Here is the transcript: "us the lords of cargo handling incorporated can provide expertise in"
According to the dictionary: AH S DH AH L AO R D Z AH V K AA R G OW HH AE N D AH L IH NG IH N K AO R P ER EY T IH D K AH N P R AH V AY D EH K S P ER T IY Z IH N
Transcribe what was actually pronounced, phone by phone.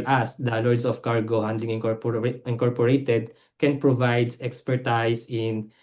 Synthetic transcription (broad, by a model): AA S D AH L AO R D S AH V K AA R G OW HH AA N D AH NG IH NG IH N K AO R P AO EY T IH D K AH N P R AH V AY D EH K S P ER T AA S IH N